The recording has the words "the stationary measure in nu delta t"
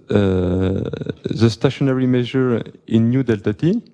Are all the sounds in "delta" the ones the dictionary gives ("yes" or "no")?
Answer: yes